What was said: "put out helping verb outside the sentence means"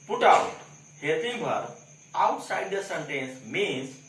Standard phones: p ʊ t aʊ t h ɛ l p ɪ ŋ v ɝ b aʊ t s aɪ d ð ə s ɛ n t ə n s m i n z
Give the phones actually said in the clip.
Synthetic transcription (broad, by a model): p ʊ t aʊ t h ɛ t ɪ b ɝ aʊ t s aɪ d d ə s ɛ n t ə n s m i n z